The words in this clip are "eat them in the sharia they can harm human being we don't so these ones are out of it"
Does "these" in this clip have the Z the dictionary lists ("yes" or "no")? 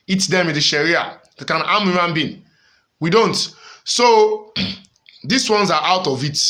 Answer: no